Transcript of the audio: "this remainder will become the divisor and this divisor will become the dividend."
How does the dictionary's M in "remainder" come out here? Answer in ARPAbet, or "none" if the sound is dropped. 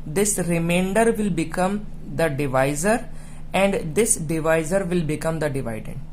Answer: M